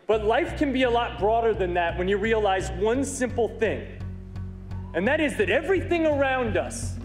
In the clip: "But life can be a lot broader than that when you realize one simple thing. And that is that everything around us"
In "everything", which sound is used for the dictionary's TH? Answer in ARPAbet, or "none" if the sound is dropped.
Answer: TH